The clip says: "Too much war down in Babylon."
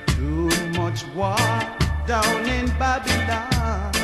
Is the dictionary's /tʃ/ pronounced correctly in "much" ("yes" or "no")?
yes